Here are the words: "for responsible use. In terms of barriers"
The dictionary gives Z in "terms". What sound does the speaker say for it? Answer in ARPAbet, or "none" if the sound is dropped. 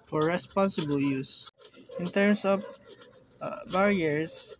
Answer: S